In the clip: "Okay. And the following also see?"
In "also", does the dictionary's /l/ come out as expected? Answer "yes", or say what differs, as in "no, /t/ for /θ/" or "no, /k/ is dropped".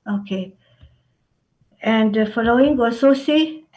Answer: no, /l/ is dropped